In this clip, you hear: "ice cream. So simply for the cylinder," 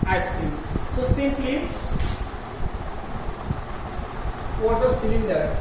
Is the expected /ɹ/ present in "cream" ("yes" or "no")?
no